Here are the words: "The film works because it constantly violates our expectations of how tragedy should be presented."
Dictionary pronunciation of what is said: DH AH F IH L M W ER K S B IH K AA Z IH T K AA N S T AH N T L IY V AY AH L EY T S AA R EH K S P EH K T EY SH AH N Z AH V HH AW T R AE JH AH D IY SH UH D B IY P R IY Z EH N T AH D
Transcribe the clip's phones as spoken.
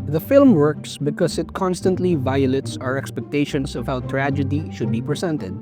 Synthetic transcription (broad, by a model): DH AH F IH L M W ER K S B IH K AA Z IH T K AA N S T AH N T L IY V AY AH L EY T S AA R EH K S P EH K T EY SH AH N S AH V HH AW T R AE JH AH D IY SH UH D B IY P R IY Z EH N T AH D